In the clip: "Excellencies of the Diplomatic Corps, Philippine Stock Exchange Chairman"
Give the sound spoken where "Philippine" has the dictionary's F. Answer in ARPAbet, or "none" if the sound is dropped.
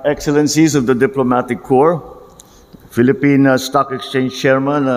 F